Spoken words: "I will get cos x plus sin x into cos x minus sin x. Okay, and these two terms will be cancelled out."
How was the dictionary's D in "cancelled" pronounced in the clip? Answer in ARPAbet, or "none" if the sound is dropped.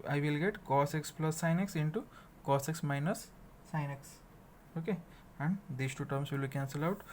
none